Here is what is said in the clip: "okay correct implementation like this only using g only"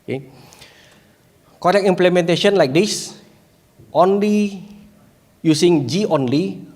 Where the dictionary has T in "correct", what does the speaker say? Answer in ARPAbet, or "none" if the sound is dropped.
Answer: none